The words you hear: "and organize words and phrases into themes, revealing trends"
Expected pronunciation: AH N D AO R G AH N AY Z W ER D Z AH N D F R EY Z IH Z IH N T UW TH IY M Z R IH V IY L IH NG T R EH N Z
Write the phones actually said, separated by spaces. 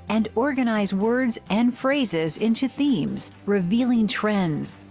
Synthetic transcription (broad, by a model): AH N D AO R G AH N AY Z W ER D Z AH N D F R EY Z IH Z IH N T UW TH IY M Z R IH V IY L IH NG T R EH N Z